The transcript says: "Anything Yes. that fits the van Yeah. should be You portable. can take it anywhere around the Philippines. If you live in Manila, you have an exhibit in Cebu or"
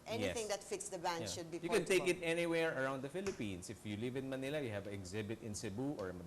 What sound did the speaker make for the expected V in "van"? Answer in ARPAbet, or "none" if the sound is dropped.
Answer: B